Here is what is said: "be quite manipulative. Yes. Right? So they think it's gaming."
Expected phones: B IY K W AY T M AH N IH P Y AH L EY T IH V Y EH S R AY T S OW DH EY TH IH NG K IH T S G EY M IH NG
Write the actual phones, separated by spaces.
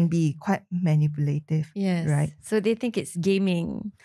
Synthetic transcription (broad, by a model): B IY K W AY T M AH N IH P Y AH L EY T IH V Y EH R AY T S OW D EY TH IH NG K IH T S G EY M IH NG